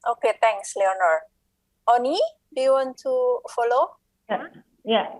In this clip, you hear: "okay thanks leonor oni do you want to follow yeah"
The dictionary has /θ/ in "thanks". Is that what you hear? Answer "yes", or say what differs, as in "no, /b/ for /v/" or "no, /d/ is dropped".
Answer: no, /t/ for /θ/